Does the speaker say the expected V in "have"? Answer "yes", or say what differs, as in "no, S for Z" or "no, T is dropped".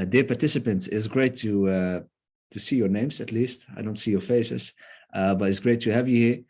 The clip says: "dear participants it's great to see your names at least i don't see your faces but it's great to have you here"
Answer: yes